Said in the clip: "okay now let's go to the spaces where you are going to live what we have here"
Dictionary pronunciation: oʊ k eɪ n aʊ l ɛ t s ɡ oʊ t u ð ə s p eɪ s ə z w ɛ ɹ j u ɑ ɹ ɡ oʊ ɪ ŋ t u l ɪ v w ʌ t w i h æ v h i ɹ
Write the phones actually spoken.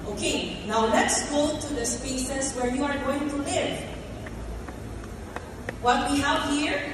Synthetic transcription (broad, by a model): oʊ k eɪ n aʊ l ɛ t s ɡ oʊ t u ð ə s p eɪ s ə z w ɛ ɹ j u ɑ ɹ ɡ oʊ ɪ ŋ t u l ɪ v w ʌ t w i h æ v h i ɹ